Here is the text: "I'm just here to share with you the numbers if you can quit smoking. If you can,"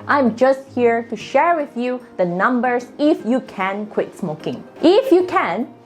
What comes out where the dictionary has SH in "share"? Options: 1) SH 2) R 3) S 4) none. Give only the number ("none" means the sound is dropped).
1